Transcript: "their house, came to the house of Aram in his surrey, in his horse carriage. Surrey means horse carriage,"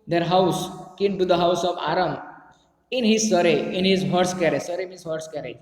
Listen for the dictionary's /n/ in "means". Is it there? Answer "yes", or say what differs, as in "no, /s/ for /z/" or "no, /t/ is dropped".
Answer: no, /n/ is dropped